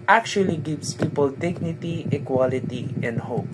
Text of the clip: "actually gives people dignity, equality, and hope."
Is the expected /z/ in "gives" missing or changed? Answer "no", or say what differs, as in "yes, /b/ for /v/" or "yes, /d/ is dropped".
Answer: yes, /s/ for /z/